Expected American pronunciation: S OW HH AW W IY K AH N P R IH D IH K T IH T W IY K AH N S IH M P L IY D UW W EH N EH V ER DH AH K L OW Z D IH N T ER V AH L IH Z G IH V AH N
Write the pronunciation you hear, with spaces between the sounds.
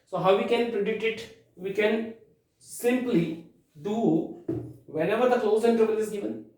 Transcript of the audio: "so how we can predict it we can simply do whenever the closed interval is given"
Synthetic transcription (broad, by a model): S OW HH AW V IY K AH N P R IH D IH K T IH T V IY K AH N S IH M P L IY D UW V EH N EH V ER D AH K L OW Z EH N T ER B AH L IH Z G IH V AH N